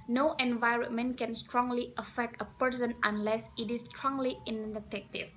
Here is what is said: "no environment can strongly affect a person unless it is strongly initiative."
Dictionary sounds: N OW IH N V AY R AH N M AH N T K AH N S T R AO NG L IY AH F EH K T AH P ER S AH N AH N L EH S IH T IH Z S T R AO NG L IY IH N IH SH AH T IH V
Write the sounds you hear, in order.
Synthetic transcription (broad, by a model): N OW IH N V AY R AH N M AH N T K AH N S T R AO NG L IY AH F EH K T AH P ER S AH N AH N L EH S IH T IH S T R AO NG L IY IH N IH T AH T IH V